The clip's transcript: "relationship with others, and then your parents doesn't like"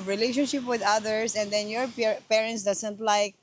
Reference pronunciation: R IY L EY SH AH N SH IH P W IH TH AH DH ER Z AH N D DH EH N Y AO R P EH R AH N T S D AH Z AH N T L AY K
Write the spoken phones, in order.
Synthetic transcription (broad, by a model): R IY L EY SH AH N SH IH P W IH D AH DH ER S AH N D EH N Y AO R P EH R AH N T S D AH S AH N T L AY K